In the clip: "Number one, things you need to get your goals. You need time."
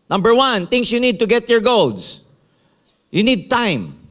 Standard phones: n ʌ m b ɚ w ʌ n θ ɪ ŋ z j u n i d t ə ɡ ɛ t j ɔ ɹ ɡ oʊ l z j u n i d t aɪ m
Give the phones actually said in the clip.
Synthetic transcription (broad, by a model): n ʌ m b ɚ w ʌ n t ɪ ŋ s j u n i d t ə ɡ ɛ t j ɔ ɹ ɡ oʊ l s j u n i d t aɪ m